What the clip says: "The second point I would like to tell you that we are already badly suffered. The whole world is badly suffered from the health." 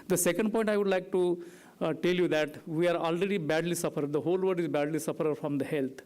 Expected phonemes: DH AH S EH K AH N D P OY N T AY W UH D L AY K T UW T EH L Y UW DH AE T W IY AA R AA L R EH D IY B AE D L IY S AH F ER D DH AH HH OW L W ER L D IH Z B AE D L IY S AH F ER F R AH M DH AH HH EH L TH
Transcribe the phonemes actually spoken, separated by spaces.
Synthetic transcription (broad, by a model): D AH S EH K AH N D P OY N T AY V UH D L AY K T UW T EH L Y UW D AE T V IY AA R AA L R EH D IY B AE D L IY S AH F ER D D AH HH OW L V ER D IH Z B AE D L IY S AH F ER F R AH M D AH HH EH L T